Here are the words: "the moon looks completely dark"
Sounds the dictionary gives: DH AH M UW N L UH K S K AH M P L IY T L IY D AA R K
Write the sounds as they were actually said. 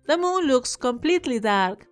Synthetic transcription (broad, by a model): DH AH M UW N L UH K S K AH M P L IY T L IY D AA R K